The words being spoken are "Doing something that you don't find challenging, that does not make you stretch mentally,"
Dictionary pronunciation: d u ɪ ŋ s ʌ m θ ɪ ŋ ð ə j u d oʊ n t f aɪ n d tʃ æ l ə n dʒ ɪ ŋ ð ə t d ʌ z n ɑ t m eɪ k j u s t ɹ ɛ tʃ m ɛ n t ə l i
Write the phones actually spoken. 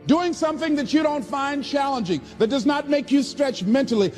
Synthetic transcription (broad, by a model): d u ɪ ŋ s ʌ m θ ɪ ŋ ð ə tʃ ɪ d oʊ n t f aɪ n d tʃ æ l ə n dʒ ɪ ŋ ð ə t d ʌ z n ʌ t m eɪ k j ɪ s t ɹ ɛ tʃ m ɛ n t l i